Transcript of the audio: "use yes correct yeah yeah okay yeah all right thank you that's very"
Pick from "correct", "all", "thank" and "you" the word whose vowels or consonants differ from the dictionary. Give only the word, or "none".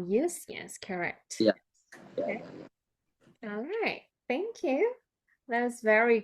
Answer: none